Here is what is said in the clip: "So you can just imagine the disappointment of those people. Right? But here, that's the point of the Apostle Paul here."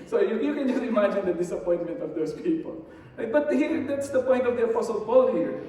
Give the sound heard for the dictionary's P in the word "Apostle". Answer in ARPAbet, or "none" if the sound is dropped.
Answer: F